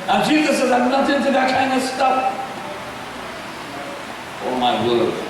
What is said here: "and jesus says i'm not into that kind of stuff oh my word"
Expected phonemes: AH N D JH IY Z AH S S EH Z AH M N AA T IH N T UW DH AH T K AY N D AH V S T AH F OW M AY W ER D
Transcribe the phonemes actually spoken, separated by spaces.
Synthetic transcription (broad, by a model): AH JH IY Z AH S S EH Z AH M N AA T IH N T UW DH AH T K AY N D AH S T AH P OW M AY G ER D